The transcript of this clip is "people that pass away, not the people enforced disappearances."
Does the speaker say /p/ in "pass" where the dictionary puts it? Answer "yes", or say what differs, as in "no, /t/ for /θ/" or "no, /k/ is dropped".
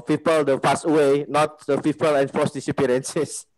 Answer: no, /f/ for /p/